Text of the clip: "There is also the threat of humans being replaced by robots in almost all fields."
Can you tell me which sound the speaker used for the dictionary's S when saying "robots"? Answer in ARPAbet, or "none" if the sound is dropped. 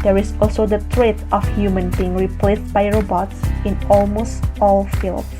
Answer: S